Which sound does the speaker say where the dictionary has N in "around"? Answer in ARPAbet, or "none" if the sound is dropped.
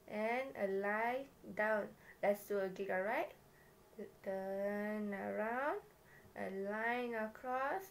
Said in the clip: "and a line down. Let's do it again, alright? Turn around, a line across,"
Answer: N